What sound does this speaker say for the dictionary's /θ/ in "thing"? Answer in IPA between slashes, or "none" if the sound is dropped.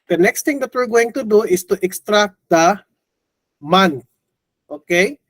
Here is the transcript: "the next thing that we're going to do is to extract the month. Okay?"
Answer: /t/